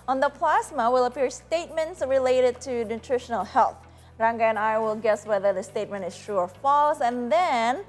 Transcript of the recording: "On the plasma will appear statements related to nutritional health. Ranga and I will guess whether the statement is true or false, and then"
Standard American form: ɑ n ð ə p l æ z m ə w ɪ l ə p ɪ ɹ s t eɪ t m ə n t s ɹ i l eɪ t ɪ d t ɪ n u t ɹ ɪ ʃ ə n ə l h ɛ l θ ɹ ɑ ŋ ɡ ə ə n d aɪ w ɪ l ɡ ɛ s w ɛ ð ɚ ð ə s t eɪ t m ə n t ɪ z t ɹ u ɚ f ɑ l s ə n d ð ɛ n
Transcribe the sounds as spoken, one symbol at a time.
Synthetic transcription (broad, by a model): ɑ n ð ə p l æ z m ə w ɪ l ə p ɪ ɹ s t eɪ t m ə n t s ɹ i l eɪ t ɪ d t ɪ n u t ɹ ɪ ʃ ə n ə l h ɛ l θ ɹ ɑ ŋ ɡ ə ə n aɪ w ɪ l ɡ ɛ s w ɛ ð ɚ ð ə s t eɪ t m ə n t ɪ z t ɹ u ɚ f ɑ l s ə n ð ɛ n